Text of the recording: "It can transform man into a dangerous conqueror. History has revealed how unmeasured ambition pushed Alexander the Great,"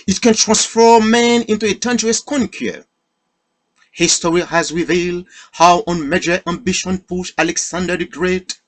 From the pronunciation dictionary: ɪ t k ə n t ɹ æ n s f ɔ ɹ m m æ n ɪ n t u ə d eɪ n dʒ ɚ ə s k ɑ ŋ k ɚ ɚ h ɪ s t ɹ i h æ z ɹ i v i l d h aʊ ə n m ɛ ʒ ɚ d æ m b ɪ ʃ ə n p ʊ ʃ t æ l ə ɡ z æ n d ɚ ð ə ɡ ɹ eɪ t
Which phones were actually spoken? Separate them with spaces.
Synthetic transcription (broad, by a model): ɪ t k ə n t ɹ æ n s f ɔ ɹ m m æ n ɪ n t u ə d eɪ n dʒ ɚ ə s k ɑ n k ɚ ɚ h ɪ s t ɹ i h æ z ɹ i v i l d h aʊ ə n m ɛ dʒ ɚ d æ m b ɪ ʃ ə n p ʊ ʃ æ l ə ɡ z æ n d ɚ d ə ɡ ɹ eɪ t